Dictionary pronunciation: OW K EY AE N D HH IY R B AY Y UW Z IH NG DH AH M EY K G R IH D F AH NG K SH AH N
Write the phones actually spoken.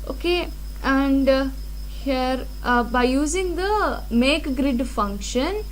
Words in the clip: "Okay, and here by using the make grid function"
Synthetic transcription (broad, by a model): OW K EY AE N D HH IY R B AY Y UW Z IH NG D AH M EY K G R IH D F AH NG K SH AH N